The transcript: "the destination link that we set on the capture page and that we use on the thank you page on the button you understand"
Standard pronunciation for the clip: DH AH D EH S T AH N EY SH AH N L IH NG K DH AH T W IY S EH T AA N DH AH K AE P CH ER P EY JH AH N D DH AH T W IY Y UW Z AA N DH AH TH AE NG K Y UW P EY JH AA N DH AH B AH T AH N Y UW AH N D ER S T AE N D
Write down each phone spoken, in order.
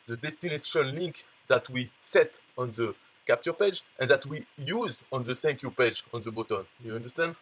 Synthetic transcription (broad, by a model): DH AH D EH S T AH N EY SH AH N L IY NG K DH AH T W IY S EH T AA N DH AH K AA P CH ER P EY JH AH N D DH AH T W IY Y UW Z AA N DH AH S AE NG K Y UW P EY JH AA N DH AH B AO T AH N Y UW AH N D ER S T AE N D